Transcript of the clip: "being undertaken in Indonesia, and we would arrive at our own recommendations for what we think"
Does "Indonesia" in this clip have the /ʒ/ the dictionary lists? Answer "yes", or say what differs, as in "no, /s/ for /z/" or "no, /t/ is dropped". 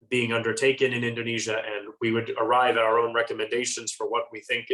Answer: yes